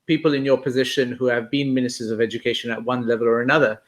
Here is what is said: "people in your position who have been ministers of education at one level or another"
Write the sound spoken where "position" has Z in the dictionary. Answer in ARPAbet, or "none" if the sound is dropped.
Z